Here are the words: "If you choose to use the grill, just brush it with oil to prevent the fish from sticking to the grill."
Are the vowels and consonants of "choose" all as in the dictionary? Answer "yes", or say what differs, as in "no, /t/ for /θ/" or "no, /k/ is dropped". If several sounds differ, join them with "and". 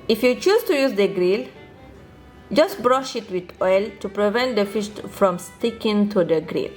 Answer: no, /s/ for /z/